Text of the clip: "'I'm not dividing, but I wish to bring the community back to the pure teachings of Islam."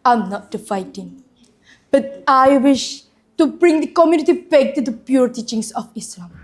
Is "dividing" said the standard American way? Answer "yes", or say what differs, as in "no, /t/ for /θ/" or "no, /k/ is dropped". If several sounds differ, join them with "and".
no, /f/ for /v/